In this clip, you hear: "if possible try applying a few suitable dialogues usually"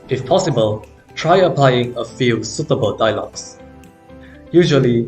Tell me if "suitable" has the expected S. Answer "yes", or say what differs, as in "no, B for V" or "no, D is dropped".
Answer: yes